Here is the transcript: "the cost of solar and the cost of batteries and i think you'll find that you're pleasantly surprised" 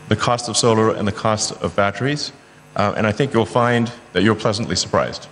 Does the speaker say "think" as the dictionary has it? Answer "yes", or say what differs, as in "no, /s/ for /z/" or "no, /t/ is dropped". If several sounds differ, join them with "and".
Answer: yes